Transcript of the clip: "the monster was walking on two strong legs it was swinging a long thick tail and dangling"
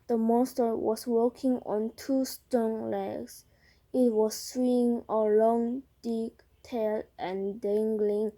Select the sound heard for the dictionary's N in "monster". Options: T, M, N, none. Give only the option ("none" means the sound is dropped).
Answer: N